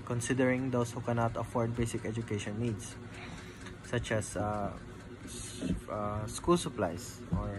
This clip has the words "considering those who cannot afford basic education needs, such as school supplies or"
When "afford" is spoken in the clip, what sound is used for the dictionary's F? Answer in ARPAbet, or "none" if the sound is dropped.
F